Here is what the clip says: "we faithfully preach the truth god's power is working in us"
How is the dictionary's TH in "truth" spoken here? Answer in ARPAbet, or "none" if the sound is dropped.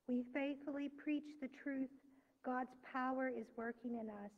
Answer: TH